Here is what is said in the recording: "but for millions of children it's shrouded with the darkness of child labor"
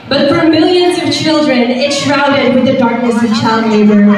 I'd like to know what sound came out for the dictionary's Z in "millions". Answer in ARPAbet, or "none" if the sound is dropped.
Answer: Z